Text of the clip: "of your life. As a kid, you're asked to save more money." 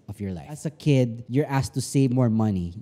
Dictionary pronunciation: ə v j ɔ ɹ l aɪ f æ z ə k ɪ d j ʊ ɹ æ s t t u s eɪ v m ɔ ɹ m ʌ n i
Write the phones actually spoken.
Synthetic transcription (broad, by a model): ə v j ɔ ɹ l aɪ æ s ə k ɪ d j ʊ ɹ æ s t t u s eɪ v m ɔ ɹ m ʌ n i